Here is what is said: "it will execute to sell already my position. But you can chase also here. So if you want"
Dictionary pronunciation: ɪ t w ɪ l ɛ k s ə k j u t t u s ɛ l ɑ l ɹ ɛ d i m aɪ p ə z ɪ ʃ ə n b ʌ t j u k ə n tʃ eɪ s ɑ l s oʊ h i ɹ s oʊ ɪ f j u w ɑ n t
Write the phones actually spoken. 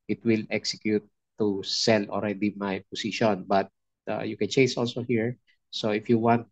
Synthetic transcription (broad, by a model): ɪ t w ɪ l ɛ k s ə k j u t t u s ɛ l ɑ l ɹ ɛ d i m aɪ p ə s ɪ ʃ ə n b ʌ t j u k ə n tʃ eɪ s ɑ l s oʊ h i ɹ s oʊ ɪ f j u w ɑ n t